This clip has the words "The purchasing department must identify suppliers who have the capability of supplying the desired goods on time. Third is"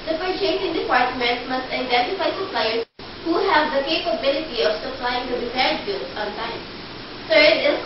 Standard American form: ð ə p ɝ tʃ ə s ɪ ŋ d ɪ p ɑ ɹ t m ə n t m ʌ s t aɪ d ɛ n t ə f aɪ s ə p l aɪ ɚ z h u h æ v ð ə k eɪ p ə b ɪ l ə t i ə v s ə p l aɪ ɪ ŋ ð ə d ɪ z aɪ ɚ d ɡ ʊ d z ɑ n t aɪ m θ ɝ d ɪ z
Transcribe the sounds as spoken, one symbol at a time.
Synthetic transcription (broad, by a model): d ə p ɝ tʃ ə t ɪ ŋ d ɪ p ɑ ɹ t m ə n t m ʌ s t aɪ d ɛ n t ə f aɪ s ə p l aɪ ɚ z h u h æ v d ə k eɪ p ə b ɪ l ə t i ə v s ə p l aɪ ɪ ŋ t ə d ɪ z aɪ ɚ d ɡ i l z ɑ n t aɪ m t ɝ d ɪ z